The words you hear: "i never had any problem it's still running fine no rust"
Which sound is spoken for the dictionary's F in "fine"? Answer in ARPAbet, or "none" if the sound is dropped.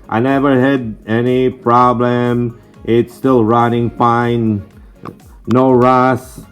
P